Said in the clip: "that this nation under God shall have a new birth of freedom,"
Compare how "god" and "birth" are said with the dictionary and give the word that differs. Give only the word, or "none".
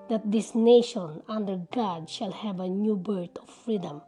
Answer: birth